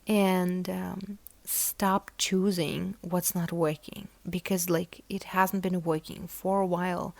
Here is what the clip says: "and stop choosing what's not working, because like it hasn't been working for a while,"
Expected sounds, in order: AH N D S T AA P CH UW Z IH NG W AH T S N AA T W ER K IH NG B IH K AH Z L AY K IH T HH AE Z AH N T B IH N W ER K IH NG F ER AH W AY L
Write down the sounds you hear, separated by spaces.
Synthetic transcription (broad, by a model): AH N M S T AA P CH UW Z IH NG W AH T S N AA T W ER K IH NG B IH K AH Z L AY K IH T HH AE Z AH N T B IH N W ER K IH NG F ER AH W AY L